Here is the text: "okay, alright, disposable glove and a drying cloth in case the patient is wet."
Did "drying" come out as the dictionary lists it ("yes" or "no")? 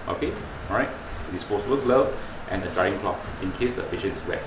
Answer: no